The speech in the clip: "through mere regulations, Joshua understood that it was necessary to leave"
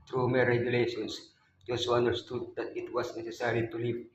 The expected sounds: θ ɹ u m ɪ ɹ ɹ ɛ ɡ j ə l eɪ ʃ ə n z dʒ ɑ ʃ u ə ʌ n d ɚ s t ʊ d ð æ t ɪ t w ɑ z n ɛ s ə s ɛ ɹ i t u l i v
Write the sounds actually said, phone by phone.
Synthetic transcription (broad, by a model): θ ɹ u m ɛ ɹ ɹ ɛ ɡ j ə l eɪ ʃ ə n s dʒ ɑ s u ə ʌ n d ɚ s t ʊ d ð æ t ɪ t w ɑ s n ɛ s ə s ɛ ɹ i t u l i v